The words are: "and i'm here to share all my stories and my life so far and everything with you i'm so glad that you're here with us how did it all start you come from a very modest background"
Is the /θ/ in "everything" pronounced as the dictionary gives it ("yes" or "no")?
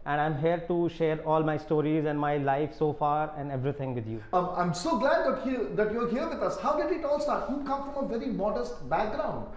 no